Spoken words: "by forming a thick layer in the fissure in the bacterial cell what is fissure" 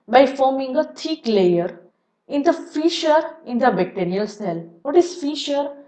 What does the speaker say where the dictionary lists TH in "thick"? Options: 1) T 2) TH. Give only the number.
1